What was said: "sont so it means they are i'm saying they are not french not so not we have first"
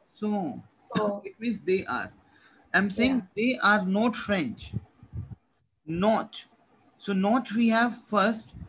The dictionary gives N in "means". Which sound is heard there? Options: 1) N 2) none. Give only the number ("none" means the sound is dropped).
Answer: 2